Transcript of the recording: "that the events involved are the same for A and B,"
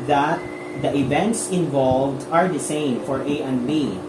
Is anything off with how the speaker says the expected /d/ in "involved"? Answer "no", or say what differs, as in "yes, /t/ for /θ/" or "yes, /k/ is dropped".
no